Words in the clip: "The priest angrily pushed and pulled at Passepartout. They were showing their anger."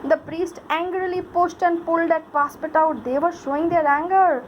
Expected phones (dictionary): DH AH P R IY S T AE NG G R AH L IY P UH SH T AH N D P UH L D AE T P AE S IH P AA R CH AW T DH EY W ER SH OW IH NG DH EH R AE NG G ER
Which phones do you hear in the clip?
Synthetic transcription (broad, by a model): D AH P R IY S T AE NG G R AH L IY P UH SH T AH N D P UH L D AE T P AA S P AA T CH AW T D EY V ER SH OW IH NG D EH R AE NG G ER